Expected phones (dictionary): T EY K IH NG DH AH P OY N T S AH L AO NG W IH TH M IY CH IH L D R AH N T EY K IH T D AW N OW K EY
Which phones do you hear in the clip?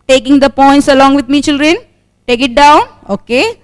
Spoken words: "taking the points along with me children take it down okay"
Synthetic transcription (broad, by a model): T EY K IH NG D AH P OY N T S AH L AO NG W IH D M IY CH IH L D R AH N T EY K IH T D AW N OW K EY